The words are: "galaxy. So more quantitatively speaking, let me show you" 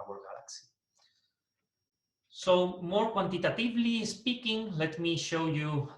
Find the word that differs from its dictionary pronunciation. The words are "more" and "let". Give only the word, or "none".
none